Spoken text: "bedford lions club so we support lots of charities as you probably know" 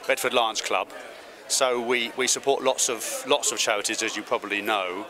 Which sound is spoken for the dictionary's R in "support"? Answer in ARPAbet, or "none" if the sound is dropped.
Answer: L